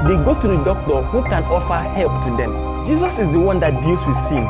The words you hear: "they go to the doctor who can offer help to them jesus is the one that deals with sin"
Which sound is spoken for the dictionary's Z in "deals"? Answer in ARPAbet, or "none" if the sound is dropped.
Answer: S